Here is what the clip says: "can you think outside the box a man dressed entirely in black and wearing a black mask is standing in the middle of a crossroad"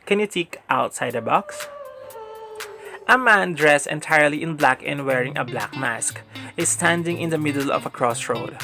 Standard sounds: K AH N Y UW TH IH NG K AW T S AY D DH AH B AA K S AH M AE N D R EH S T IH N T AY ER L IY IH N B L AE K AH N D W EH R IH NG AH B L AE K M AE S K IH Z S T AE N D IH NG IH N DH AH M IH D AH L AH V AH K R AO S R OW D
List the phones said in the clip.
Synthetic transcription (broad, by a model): K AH N Y UW T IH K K AW T S AY D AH B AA K S AH M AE N D R EH S T IH N T AY ER L IY IH N B L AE K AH N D W EH R IH NG AH B L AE K M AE S K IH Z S T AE N D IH NG IH N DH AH M IH D AH L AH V AH K R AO S R OW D